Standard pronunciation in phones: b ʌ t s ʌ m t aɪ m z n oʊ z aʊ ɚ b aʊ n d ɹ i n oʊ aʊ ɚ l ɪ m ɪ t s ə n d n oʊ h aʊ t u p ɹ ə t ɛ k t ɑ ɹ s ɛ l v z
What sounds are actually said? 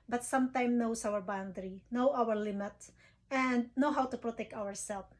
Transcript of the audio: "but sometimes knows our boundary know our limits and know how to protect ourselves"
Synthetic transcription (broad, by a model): b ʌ t s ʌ m t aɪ m n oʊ s aʊ ɚ b aʊ n d ɹ i n oʊ aʊ ɚ l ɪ m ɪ t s ə n d n oʊ h aʊ t u p ɹ ə t ɛ k t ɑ ɹ s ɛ l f